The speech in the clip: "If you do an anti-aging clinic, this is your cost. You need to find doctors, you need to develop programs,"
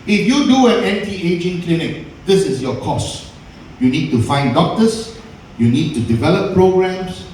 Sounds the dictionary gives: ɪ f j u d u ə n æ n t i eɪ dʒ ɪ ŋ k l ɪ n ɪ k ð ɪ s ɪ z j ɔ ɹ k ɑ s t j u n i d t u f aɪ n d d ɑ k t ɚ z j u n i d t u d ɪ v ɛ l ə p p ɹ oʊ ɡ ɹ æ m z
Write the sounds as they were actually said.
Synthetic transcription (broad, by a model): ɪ f j u d u ə n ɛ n t i eɪ dʒ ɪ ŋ k l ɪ n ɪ k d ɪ s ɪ s j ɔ k ɑ s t j u n i d t u f aɪ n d d ɑ k t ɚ s j u n i d t u d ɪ v ɛ l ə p p ɹ oʊ ɡ ɹ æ m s